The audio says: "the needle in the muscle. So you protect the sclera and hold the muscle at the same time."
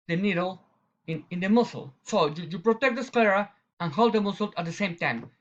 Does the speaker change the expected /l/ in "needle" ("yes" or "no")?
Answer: yes